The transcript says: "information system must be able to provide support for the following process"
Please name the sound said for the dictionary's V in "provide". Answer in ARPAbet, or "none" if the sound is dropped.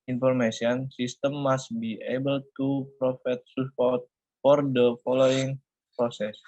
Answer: F